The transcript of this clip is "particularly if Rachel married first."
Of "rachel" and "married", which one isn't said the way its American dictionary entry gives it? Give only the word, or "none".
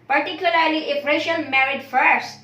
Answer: rachel